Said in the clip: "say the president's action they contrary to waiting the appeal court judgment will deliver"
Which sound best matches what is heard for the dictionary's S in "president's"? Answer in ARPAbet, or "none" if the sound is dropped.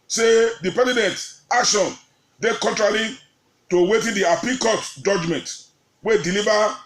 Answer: none